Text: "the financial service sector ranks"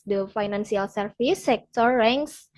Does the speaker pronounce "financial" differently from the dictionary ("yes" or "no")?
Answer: yes